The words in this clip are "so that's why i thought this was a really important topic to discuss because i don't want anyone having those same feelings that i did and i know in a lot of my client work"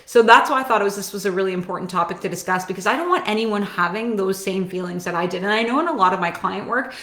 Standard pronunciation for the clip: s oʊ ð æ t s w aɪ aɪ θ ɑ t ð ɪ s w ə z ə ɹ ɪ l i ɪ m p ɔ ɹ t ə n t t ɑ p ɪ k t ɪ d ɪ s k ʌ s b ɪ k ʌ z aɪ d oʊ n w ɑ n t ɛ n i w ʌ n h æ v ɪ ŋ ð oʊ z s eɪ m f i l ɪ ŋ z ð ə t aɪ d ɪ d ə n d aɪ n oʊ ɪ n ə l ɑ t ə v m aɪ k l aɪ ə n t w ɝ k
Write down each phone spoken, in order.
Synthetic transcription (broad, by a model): s oʊ ð æ t s w aɪ aɪ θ ɑ t ð ɪ s w ə z ə ɹ ɪ l i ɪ m p ɔ ɹ t n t t ɑ p ɪ k t ɪ d ɪ s k ʌ s b ɪ k ʌ z aɪ d oʊ n w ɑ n t ɛ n i w ʌ n h æ v ɪ ŋ ð oʊ z s eɪ m f i l ɪ ŋ z ð ə t aɪ d ɪ d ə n aɪ n oʊ ɪ n ə l ɑ t ə v m aɪ k l aɪ ə n t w ɝ k